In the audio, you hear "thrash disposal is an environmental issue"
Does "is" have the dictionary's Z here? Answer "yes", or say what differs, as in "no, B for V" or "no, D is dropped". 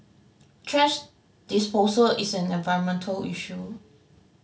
no, S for Z